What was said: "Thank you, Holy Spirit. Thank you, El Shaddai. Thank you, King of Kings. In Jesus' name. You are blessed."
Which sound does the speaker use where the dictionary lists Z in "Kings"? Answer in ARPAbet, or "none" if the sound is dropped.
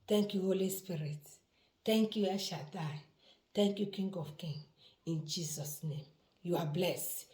none